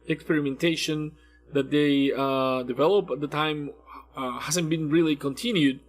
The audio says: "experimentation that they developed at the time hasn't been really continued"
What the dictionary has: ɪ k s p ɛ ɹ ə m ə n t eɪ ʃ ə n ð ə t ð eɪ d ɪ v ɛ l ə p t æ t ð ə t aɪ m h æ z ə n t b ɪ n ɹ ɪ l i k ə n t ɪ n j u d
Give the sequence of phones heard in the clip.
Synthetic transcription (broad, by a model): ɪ k s p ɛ ɹ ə m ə n t eɪ ʃ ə n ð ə t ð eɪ d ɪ v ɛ l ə p æ t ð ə t aɪ m h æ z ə n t b ɪ n ɹ ɪ l i k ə n t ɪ n j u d